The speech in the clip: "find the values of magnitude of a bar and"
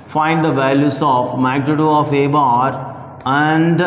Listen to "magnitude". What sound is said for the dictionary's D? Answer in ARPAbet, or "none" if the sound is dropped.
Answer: none